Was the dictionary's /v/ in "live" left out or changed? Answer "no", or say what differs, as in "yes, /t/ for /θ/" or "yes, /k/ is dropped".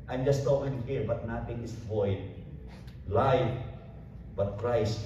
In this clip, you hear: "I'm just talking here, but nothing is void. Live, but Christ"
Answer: yes, /f/ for /v/